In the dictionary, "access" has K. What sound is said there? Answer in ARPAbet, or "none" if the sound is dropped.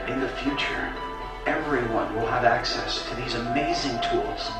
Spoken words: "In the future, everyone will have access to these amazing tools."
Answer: K